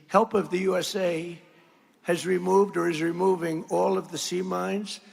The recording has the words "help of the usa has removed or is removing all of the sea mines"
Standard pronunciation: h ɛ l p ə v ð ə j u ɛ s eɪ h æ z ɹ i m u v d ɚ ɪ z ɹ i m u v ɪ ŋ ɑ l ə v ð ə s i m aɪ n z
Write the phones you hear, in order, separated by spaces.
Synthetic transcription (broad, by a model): h ɛ l p ə v ð ə j u ɛ s eɪ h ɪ z ɹ i m u v d ɚ ɪ z ɹ i m u v ɪ ŋ ɑ l ə v ð ə s i m aɪ n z